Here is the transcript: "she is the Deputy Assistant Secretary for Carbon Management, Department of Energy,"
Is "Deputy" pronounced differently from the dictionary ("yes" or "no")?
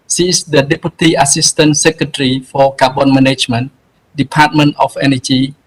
no